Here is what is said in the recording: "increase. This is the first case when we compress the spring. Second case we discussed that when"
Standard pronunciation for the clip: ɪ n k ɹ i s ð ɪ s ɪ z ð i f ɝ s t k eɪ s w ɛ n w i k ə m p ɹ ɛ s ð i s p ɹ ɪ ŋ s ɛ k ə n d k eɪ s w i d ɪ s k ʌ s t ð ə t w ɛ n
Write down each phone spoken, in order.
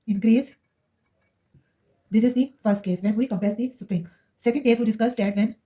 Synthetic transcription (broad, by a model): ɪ n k ɹ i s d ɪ s ɪ z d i f ɝ s t k eɪ s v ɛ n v i k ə m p ɛ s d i s p ɹ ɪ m s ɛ k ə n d k eɪ s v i d ɪ s k ʌ s t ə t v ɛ n